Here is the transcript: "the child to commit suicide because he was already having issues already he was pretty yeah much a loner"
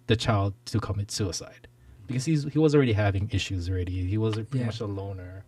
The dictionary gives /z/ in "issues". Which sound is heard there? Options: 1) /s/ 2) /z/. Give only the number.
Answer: 2